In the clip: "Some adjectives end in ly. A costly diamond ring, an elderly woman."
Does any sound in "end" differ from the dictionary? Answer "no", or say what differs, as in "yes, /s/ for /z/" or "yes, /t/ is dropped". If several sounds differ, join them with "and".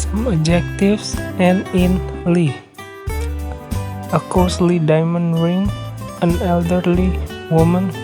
yes, /d/ is dropped